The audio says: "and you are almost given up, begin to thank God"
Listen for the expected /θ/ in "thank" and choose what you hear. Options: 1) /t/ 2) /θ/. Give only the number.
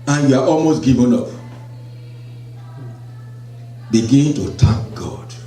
1